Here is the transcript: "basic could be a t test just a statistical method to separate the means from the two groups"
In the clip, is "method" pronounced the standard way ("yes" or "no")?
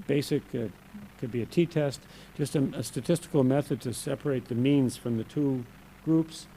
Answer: yes